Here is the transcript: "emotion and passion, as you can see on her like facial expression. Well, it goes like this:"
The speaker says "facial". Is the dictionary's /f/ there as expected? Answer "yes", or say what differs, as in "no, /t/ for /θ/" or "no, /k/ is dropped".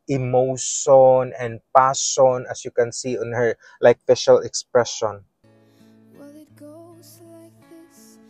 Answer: no, /p/ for /f/